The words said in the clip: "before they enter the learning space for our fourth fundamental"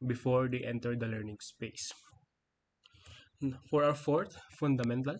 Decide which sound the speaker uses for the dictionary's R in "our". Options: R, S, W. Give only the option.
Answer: W